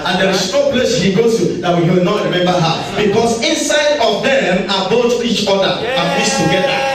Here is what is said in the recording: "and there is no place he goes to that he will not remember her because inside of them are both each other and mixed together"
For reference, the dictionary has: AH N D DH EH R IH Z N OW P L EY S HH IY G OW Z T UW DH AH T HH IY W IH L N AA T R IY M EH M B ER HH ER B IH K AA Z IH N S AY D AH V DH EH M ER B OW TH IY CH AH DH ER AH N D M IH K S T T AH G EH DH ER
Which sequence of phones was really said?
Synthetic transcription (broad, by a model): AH N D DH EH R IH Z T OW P L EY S HH IY G OW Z T UW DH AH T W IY W IH L N AA T R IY M EH M B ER HH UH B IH K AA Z IH N S AY D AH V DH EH M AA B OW T IY CH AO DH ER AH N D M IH S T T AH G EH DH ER